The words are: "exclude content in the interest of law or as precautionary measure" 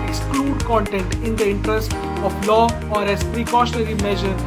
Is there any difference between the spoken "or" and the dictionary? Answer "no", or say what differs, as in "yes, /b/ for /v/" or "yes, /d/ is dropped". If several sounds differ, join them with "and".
no